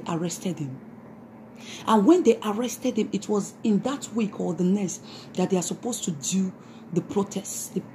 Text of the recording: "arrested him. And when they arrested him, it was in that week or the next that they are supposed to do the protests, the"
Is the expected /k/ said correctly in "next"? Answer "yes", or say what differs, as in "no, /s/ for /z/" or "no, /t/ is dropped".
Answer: no, /k/ is dropped